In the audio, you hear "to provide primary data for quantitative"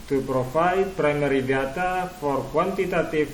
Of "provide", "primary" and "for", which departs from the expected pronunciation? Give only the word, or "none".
provide